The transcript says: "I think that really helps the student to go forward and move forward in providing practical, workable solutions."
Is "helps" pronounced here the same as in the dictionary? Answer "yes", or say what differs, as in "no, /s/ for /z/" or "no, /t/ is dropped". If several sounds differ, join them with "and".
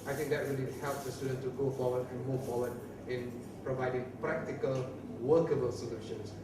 yes